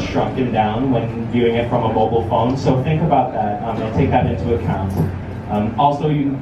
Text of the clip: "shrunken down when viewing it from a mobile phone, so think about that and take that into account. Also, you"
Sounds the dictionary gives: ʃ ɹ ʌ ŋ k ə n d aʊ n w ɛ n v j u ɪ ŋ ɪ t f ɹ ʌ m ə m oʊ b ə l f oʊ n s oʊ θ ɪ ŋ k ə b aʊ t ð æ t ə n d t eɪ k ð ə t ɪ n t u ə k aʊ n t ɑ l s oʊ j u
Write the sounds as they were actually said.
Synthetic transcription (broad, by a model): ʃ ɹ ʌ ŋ k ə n d aʊ n w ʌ n v j u ɪ ŋ ɪ t f ɹ ʌ m ə m oʊ b l f oʊ n s oʊ θ ɪ ŋ k ə b aʊ t ð æ t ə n t eɪ k ð ə t ɪ n t u ə k aʊ n t ɑ l s oʊ j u